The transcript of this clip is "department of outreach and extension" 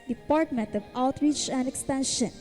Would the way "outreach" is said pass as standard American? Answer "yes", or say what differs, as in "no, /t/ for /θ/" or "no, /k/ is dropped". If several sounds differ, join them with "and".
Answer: yes